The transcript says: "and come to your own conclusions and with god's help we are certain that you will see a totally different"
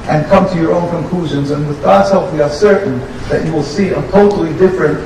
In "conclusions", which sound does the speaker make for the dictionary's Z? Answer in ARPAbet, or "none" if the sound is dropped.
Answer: Z